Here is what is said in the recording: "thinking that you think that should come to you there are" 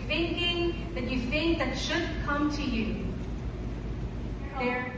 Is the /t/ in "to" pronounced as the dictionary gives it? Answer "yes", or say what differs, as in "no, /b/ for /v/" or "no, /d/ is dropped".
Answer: yes